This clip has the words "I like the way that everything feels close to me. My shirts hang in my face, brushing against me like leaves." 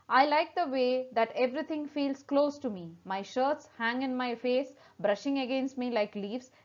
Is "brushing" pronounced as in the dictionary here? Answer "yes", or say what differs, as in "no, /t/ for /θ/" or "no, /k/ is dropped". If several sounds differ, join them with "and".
yes